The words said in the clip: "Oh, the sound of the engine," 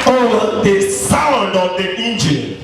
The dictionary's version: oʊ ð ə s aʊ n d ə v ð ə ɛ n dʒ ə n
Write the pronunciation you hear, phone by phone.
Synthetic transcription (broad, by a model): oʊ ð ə s aʊ n d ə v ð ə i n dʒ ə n